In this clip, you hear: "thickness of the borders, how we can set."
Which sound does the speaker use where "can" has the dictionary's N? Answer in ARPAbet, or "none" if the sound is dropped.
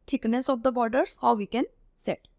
N